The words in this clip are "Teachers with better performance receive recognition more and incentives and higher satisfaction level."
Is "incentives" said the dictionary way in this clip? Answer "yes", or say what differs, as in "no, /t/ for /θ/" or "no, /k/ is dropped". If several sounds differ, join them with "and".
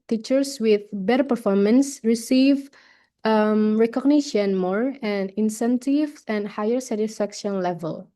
no, /z/ is dropped